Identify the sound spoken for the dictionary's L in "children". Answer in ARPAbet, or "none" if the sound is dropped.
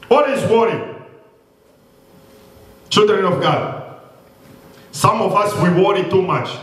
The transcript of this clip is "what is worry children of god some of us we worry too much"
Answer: L